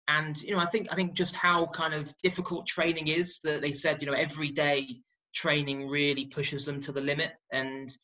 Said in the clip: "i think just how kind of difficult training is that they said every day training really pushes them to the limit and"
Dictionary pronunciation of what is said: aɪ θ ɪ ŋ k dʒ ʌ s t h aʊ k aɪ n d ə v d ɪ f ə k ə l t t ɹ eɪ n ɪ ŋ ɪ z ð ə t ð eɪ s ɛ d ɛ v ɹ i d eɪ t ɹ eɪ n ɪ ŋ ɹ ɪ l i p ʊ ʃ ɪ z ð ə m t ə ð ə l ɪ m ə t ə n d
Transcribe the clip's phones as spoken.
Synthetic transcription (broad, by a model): aɪ θ ɪ ŋ k dʒ ʌ s t h aʊ k aɪ n d ə v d ɪ f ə k ə l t t ɹ eɪ n ɪ ŋ ɪ z ð ə t ð eɪ s ɛ d ɛ v ɹ i d eɪ t ɹ eɪ n ɪ ŋ ɹ ɪ l i p ʊ ʃ ɪ z ð ə m t ə ð ə l ɪ m ə t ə n